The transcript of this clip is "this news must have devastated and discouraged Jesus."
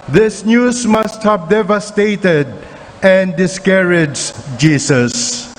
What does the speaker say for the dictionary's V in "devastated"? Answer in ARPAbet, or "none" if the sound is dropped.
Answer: V